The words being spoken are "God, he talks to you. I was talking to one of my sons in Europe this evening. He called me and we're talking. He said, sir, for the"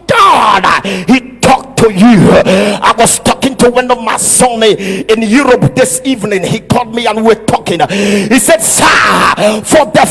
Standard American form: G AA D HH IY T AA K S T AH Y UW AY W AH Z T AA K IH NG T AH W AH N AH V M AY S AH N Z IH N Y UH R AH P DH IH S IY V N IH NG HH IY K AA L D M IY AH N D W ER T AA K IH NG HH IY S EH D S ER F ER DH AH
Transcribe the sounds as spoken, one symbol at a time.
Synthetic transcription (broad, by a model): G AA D HH IY T AA K T AH Y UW AY W AH Z T AA K IH NG T AH W AH N AH V M AY S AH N IH N Y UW R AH P DH IH S IY V N IH NG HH IY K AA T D M IY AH N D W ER T AA K IH NG HH IY S EH D S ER F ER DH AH